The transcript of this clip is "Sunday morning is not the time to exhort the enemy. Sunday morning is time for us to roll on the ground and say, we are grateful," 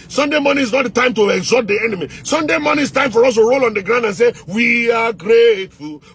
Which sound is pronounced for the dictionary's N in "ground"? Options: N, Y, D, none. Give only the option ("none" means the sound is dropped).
N